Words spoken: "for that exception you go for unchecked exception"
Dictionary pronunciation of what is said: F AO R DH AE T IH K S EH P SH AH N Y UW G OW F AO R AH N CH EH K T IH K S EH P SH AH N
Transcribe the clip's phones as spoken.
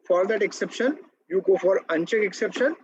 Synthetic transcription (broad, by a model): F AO R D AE T IH K S EH P SH AH N Y UW G OW F AO R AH N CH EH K IH K S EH P SH AH N